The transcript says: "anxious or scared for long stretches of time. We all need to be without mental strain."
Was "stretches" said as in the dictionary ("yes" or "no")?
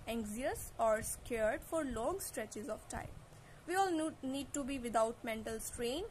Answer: yes